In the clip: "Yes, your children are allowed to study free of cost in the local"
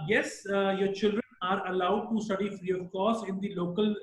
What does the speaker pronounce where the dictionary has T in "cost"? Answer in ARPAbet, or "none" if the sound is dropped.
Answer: none